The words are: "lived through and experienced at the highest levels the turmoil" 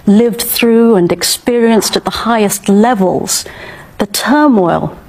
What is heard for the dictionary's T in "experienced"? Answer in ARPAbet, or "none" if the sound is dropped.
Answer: T